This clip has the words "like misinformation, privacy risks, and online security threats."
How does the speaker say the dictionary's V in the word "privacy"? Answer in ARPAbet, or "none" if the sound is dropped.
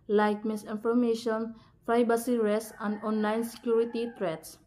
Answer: B